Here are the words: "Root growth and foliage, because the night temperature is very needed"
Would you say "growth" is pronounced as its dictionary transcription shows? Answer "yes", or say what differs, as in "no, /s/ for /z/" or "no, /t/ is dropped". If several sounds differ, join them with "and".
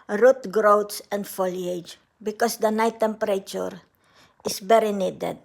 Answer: no, /s/ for /θ/